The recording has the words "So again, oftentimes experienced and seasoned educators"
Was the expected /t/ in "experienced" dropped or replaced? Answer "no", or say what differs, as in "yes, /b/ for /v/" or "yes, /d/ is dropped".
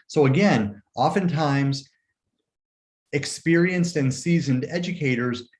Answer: no